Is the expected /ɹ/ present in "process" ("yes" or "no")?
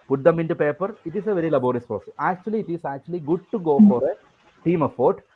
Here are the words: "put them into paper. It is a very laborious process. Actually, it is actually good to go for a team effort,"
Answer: no